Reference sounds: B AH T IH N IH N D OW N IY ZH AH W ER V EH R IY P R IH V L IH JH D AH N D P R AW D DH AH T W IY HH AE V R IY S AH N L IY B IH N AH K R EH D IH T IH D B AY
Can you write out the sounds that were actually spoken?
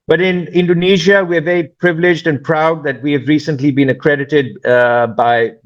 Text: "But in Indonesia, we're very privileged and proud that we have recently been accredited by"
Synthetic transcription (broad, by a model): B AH T IH N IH N D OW N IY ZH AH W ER V EH R IY P R IH V L IH JH D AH N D P R AW D DH AH T W IY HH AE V R IY S AH N L IY B IH N AH K R EH D IH T IH D B AY